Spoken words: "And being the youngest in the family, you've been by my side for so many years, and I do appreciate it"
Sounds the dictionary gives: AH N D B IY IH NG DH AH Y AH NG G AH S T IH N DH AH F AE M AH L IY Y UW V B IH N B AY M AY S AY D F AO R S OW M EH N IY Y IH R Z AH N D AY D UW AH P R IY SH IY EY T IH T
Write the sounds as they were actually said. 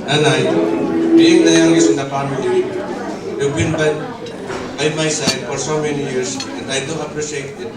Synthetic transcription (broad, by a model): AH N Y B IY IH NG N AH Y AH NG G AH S IH N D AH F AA M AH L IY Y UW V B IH N B AY M AY S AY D F AO R S OW M EH N IY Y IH R S AH N D AY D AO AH P R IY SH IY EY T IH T